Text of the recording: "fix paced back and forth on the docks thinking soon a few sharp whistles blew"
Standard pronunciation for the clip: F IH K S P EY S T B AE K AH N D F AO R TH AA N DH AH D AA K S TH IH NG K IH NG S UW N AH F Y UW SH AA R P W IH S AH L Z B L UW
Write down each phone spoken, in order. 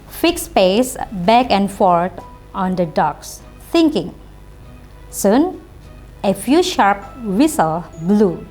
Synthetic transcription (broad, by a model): F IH K S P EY S B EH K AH N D F AO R T AA N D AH D AA K S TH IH NG K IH NG S UW N AH F Y UW SH AA R P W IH S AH L B L UW